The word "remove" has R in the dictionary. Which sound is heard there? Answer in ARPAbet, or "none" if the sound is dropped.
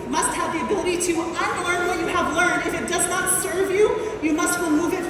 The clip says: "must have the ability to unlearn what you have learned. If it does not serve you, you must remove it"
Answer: W